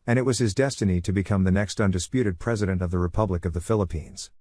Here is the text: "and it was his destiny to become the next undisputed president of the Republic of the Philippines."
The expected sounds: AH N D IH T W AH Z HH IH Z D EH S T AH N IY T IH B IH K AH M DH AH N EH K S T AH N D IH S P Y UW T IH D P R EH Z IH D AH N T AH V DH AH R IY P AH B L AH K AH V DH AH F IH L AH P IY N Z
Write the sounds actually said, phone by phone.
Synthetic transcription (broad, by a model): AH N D IH T W AH Z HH IH Z D EH S T AH N IY T IH B IH K AH M DH AH N EH K S T AH N D IH S P Y UW T IH D P R EH Z IH D AH N T AH V DH AH R IY P AH B L AH K AH V DH AH F IH L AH P IY N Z